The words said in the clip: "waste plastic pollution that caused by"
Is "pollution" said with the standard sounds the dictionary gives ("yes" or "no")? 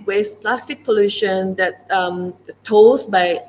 yes